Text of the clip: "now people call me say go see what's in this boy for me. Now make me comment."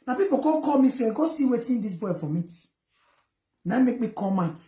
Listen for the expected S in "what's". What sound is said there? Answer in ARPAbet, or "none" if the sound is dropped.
none